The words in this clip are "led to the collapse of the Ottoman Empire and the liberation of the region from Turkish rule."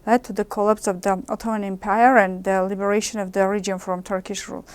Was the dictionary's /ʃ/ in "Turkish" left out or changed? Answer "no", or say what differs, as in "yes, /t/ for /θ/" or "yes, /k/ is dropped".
no